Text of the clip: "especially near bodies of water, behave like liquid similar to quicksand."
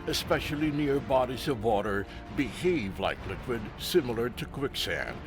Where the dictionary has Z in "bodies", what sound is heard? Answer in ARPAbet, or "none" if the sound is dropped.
Z